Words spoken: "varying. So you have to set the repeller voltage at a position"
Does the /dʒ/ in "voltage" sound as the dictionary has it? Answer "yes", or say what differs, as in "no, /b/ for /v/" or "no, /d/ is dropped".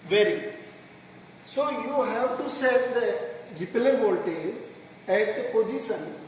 no, /z/ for /dʒ/